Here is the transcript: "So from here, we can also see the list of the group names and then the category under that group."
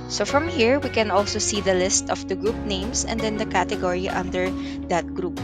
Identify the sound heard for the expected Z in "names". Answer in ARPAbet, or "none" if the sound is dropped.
S